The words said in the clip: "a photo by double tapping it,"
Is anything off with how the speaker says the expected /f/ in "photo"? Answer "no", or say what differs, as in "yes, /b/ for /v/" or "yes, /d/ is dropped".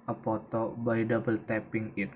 yes, /p/ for /f/